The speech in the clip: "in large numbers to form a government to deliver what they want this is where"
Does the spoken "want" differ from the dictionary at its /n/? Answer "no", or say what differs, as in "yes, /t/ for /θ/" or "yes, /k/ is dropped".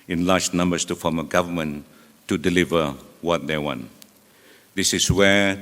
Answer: no